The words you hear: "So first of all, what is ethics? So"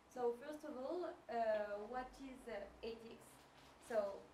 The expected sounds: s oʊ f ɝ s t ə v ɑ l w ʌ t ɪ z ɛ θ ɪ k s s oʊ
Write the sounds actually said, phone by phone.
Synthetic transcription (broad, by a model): s oʊ f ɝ s t ə v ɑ l w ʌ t ɪ z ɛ t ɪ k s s oʊ